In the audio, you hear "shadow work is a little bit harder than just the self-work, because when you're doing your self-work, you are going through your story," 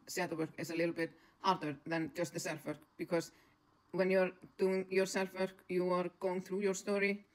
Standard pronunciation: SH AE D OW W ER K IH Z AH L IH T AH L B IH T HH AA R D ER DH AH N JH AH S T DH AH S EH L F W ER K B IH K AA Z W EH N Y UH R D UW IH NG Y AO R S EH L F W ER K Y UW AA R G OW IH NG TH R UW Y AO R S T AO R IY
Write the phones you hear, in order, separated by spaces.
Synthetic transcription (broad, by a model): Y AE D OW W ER K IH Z AH L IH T L B IH T HH AA R D ER DH AH N JH AH S T DH AH S EH L F W ER K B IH K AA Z W EH N Y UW R D UW IH NG Y AO R S EH L F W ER K Y UW AA R G OW IH NG TH R UW Y AO R S T AO R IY